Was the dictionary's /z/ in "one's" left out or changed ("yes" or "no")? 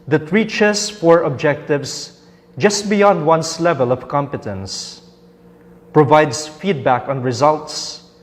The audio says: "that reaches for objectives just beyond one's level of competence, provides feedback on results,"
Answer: yes